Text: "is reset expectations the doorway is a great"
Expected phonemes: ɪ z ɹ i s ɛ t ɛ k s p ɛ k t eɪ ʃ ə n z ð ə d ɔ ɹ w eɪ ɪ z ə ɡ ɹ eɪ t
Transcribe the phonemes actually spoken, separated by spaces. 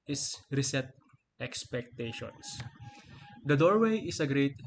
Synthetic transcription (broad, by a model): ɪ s ɹ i s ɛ t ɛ k s p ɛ k t eɪ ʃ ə n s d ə d ɔ ɹ w eɪ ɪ s ə ɡ ɹ eɪ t